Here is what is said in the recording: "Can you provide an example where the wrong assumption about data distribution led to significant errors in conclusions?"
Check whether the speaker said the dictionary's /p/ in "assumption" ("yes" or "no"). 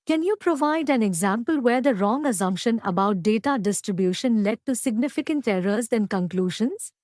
yes